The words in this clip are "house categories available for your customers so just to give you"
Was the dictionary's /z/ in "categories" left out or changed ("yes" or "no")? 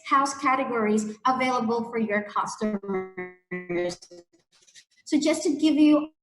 no